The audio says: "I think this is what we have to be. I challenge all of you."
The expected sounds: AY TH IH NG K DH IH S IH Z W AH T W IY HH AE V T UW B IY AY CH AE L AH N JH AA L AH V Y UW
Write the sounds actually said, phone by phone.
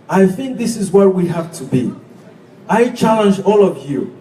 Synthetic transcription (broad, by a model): AY TH IH NG K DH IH S IH Z W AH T W IY HH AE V T UW B IY AY CH AE L AH N JH AA L AH V Y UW